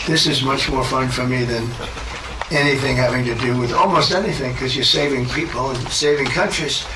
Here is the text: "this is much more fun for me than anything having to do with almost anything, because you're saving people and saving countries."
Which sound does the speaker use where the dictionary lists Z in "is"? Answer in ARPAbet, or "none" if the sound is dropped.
Z